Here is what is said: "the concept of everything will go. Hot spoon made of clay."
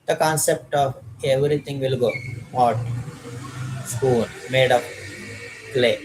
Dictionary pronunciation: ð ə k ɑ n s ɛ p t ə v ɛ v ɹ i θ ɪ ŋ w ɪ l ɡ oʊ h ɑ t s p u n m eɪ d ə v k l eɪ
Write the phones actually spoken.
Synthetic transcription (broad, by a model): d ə k ɑ n s ɛ p t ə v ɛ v ɹ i t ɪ ŋ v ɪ l ɡ oʊ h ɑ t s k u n m eɪ d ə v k l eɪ